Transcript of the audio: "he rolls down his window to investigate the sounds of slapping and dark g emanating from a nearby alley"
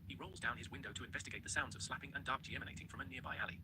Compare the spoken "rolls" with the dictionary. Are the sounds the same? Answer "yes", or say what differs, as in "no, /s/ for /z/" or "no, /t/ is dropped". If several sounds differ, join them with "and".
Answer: yes